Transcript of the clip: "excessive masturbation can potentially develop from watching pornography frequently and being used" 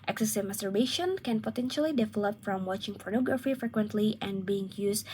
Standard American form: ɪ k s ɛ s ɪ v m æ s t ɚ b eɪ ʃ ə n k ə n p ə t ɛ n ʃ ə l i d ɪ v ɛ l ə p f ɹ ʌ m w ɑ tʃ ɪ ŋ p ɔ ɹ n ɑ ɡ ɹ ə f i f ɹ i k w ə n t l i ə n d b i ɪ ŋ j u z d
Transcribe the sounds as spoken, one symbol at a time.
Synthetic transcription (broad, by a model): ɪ k s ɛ s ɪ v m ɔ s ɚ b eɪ ʃ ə n k ə n p ə t ɛ n ʃ ə l i d ɪ v ɛ l ə p f ɹ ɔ m w ɑ tʃ ɪ ŋ p ɔ ɹ n ɑ ɡ ɹ ə f i f ɹ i k w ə n t l i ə n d b i ɪ ŋ j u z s